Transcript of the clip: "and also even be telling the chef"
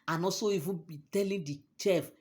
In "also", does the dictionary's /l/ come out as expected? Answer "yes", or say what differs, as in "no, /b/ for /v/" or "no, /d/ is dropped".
no, /l/ is dropped